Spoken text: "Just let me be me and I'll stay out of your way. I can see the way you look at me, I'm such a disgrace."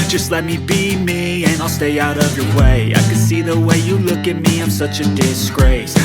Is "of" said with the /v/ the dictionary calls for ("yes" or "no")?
yes